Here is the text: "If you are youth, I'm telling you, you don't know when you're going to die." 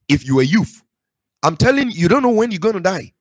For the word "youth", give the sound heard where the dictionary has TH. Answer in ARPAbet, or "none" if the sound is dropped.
F